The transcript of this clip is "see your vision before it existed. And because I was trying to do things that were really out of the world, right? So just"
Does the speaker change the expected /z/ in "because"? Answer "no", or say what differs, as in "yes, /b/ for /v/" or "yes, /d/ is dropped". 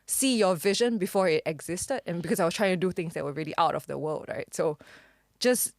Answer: yes, /s/ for /z/